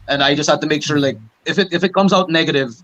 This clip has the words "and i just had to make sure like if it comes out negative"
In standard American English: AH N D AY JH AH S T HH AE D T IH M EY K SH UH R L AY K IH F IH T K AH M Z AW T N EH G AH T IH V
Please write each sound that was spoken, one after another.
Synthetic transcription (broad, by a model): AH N AY JH AH S T HH AE D T IH M EY K SH UH R L AY K IH F IH T K AH M Z AW T N EH G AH T IH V